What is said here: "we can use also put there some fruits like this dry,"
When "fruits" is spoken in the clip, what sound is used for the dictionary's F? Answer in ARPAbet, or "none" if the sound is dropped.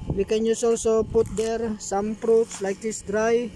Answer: P